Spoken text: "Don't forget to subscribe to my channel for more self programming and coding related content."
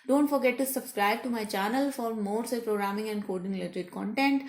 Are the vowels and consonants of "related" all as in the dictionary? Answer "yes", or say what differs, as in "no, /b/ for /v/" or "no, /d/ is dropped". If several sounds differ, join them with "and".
no, /l/ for /ɹ/